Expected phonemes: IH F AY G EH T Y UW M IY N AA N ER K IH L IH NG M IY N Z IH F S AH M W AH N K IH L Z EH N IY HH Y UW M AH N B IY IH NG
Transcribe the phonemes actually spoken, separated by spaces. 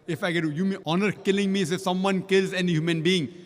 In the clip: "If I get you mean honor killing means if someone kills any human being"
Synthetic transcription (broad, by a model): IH F AY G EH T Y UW M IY AA N ER K IH L IH NG M IY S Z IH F S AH M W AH N K IH L Z EH N IY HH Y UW M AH N B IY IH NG